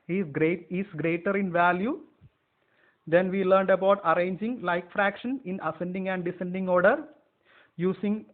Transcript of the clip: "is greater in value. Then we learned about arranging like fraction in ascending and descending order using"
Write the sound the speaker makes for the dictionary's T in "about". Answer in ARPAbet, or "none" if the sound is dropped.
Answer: T